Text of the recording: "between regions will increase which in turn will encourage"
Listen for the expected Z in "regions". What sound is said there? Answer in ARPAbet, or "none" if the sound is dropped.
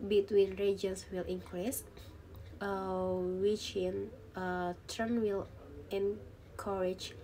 S